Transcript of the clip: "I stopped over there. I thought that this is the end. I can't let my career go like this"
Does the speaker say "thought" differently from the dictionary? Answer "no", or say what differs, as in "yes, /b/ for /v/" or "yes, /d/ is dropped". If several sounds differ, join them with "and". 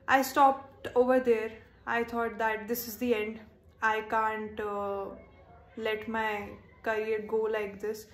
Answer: yes, /t/ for /θ/